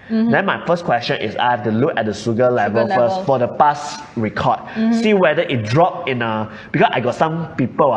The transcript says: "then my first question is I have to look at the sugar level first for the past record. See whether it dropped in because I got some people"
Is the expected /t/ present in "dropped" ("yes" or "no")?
no